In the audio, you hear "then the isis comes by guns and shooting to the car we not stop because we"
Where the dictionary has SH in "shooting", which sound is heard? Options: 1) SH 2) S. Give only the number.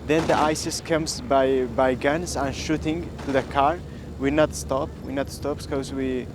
1